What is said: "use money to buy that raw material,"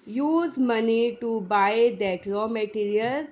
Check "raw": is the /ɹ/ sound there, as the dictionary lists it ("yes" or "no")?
no